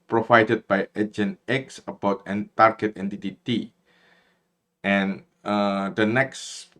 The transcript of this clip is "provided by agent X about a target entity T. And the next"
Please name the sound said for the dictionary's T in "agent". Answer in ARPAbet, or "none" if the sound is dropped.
none